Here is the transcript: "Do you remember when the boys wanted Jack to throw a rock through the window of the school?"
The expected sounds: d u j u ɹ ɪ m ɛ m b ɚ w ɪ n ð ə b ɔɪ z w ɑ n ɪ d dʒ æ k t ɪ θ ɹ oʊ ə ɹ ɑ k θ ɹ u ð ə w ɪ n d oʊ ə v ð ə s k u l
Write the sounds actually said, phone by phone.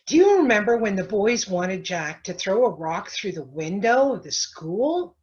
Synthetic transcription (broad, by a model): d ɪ j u ɹ ɪ m ɛ m b ɚ w ɪ n ð ə b ɔɪ z w ɑ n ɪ d dʒ æ k t ɪ θ ɹ oʊ ə ɹ ɑ k θ ɹ u ð ə w ɪ n d oʊ ə v ð ə s k u l